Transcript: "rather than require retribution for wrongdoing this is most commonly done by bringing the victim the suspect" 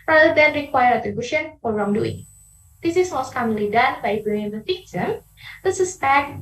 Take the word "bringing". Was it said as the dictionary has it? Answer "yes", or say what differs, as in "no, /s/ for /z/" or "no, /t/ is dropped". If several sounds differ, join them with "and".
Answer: no, /ɹ/ is dropped